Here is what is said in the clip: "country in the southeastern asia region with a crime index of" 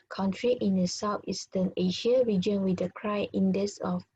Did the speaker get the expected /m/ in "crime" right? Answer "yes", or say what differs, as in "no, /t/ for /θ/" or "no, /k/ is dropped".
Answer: no, /m/ is dropped